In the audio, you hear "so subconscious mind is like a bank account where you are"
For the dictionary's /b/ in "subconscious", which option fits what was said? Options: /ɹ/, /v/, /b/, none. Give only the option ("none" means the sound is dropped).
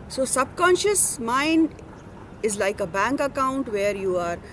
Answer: /b/